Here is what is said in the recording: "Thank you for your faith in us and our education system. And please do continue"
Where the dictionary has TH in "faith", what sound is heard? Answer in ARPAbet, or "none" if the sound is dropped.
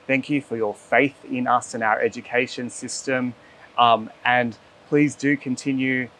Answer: TH